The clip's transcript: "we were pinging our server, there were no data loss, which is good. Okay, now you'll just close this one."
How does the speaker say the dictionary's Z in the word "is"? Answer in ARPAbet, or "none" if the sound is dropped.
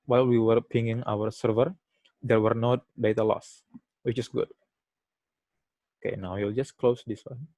S